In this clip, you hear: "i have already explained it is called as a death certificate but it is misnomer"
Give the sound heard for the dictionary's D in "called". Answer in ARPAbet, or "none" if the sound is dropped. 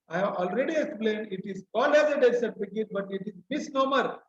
none